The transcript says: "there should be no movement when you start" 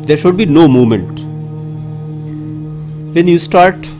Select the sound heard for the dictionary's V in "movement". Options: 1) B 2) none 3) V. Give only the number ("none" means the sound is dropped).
2